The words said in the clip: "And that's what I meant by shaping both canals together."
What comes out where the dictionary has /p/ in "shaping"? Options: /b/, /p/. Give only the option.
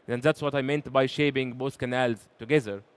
/b/